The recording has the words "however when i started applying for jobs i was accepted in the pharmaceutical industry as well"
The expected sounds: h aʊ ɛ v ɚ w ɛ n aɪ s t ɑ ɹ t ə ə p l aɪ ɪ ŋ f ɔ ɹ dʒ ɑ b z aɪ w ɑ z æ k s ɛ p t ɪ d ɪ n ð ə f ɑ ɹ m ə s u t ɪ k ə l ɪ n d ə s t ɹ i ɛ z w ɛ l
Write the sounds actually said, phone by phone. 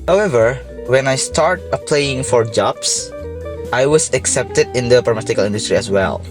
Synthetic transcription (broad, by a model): h aʊ ɛ v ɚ w ɛ n aɪ s t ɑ ɹ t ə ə p l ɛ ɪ ŋ f ɔ ɹ dʒ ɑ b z aɪ w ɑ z æ k s ɛ p t ɪ d ɪ n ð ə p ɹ ə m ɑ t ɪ k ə l ɪ n d ə s t ɹ i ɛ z w ɛ l